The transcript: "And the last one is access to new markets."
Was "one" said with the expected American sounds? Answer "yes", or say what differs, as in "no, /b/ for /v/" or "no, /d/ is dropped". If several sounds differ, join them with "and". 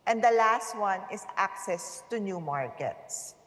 yes